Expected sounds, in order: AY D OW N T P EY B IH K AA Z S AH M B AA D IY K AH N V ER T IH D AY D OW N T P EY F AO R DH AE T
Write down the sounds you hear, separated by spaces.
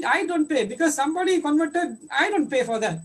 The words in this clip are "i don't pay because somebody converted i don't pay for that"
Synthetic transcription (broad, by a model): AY D OW N T P EY B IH K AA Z S AH M B AA D IY K AH N V ER T IH D AY D OW N T P EY F AO R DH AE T